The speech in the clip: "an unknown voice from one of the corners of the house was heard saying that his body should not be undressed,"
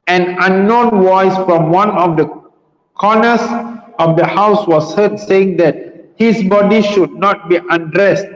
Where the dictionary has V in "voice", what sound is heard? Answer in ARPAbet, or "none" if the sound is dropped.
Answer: W